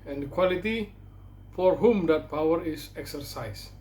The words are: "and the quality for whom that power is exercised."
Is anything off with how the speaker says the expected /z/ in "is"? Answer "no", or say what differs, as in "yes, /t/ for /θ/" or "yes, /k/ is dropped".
yes, /s/ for /z/